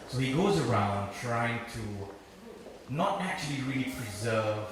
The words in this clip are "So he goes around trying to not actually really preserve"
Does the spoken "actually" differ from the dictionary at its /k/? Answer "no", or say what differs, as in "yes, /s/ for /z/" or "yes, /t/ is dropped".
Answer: no